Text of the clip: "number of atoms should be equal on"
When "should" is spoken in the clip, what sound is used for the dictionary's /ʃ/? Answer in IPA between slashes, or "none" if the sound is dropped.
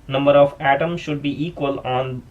/ʃ/